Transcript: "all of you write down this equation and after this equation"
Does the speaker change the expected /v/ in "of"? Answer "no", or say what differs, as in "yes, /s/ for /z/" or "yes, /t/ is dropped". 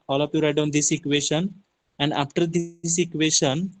yes, /p/ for /v/